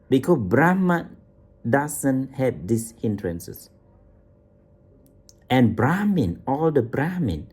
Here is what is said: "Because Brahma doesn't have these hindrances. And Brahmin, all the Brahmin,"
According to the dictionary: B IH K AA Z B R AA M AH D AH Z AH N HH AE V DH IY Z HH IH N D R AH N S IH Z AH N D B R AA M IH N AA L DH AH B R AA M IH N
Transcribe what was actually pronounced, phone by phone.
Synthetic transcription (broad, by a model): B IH K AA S B R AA M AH D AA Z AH N HH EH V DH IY S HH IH N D R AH N S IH S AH N B R AA M IH N AA L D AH B R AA M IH N